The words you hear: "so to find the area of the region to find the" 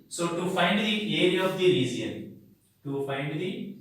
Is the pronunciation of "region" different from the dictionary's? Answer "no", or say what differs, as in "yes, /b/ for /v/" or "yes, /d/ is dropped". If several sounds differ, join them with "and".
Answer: yes, /z/ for /dʒ/